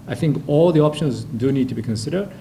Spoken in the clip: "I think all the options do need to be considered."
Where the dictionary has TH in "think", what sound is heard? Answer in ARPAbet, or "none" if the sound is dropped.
TH